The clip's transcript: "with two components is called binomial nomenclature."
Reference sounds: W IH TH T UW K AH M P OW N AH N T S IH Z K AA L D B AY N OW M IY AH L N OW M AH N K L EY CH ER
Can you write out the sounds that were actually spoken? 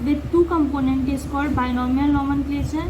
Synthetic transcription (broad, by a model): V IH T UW K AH M P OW N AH N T IH S K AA D B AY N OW M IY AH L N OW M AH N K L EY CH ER